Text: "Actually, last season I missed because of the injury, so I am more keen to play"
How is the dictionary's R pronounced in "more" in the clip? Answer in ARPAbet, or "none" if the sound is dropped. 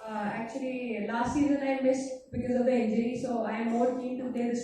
L